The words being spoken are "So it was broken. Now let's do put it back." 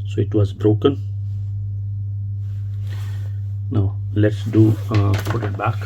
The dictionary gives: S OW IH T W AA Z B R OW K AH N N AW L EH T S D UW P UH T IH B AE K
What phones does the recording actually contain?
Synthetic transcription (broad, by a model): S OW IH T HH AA S B R OW K AH N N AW L EH T S D UW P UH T IH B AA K